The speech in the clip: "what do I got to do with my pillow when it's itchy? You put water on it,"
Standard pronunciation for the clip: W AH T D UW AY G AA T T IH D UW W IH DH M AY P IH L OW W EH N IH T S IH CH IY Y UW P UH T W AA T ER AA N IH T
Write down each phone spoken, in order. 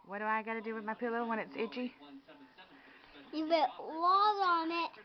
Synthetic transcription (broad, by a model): W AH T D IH AY G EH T T IH D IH W IH DH M AY P IH L OW W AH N IH T S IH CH IY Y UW B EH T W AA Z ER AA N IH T